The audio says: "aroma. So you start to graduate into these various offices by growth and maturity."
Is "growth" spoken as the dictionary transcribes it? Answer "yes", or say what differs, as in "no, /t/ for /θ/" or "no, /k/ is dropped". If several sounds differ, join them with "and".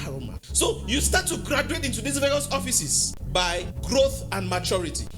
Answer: yes